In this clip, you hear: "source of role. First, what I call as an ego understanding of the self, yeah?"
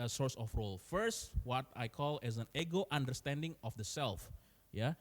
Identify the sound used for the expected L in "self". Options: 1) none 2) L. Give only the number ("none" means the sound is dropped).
2